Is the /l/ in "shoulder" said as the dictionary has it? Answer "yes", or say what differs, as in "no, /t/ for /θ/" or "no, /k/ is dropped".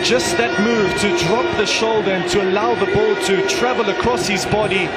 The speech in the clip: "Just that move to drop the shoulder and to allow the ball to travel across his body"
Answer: yes